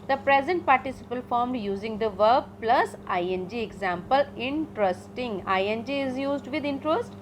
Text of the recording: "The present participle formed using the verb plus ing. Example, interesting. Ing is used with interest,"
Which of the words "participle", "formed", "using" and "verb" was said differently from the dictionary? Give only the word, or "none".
none